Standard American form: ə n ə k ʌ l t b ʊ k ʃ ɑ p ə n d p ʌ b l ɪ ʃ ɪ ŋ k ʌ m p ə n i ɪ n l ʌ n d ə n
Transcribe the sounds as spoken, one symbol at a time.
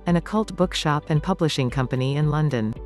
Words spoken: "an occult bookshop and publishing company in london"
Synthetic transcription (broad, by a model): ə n ə k ʌ l t b ʊ k ʃ ɑ p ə n p ʌ b l ɪ ʃ ɪ ŋ k ʌ m p ə n i ɪ n l ʌ n d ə n